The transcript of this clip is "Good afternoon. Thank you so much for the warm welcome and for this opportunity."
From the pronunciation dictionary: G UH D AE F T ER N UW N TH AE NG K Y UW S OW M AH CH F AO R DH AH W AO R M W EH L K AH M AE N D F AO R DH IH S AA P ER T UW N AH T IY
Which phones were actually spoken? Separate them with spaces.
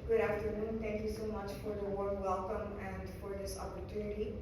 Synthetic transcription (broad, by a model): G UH D AE F T ER N UW N T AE NG K Y UW S OW M AH CH F AO R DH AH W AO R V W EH L K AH M AE N D F AO R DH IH S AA P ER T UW N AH T IY